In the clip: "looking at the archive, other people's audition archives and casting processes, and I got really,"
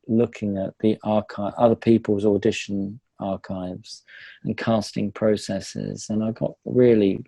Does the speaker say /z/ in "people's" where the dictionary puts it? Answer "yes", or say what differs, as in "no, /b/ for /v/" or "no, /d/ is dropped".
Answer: yes